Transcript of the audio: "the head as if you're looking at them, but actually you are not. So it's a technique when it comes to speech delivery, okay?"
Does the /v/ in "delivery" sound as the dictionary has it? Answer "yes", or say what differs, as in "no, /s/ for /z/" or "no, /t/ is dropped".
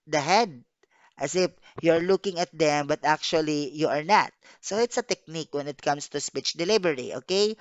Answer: no, /b/ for /v/